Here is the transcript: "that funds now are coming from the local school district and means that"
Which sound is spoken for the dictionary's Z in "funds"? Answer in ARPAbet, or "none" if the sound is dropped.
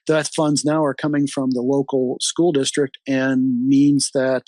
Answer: Z